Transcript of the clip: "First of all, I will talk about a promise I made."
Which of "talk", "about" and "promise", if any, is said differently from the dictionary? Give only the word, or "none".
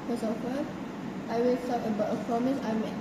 talk